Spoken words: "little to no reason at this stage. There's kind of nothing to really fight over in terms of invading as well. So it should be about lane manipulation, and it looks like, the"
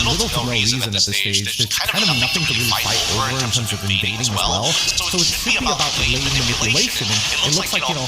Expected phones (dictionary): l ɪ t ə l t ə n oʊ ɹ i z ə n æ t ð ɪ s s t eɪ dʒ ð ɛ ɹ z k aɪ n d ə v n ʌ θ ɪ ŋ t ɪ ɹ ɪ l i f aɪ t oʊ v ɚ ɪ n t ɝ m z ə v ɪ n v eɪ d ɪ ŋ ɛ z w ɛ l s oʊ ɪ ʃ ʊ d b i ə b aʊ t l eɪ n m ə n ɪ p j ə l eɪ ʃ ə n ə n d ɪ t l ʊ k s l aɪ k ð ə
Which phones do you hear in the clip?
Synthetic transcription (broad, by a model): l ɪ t l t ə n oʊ ɹ i z ə n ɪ t ð ɪ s s t eɪ dʒ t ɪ k aɪ n d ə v n ʌ θ ɪ ŋ t ɪ ɹ ɪ l i f aɪ t oʊ v ɚ ɪ n t ɝ m z ə v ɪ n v eɪ d ɪ ŋ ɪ z w ɛ l s oʊ ɪ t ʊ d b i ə b aʊ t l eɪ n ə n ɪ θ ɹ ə l eɪ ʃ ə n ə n ɪ t l ʊ k s l aɪ k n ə